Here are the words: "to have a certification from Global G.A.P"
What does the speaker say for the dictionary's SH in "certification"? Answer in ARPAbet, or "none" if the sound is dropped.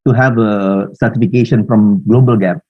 SH